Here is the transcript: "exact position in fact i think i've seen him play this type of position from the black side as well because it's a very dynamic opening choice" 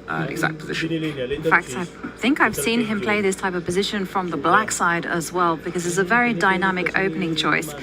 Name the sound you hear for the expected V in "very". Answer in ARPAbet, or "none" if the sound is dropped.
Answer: V